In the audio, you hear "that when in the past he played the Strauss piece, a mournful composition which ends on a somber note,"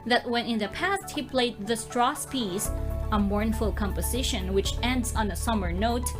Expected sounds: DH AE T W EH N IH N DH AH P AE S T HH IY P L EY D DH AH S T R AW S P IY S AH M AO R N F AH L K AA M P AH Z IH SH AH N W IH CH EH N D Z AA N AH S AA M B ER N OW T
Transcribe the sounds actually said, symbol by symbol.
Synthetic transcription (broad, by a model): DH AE T W EH N IH N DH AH P AE S T HH IY P L EY D DH AH S T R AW S P IY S AH M AO R N F AH L K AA M P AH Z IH SH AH N W IH CH EH N D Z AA N AH S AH M ER N OW T